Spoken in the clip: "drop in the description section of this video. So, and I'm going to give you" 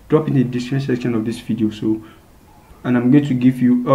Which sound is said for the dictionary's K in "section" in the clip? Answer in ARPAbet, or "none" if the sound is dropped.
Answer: K